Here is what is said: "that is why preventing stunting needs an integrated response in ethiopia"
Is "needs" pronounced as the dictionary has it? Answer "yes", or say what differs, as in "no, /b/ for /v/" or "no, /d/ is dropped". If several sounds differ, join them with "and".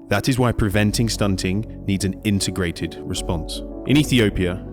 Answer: yes